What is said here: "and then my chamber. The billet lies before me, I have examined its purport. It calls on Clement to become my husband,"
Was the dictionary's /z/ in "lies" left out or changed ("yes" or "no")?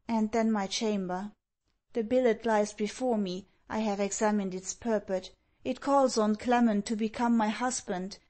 no